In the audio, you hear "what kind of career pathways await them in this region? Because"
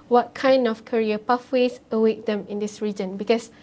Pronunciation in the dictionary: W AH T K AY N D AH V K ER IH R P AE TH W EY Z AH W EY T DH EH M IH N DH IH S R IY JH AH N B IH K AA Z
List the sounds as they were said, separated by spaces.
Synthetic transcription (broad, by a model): W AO T K AY N D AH F K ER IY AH P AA F W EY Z AH W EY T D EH M IH N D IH S R IY JH AH N B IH K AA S